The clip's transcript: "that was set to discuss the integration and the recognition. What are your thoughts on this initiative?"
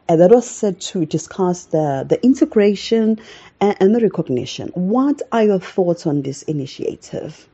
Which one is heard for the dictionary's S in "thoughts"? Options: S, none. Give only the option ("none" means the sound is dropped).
none